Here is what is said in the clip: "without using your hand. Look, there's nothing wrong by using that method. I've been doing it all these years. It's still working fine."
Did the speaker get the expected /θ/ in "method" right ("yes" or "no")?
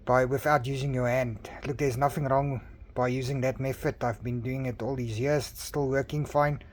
no